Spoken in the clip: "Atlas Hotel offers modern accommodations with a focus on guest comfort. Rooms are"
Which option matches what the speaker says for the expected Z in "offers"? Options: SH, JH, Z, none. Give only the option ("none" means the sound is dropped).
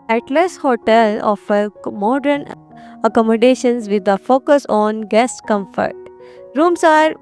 none